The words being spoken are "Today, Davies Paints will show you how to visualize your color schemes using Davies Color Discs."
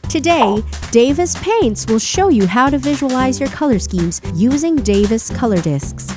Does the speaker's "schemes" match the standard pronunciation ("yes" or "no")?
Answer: yes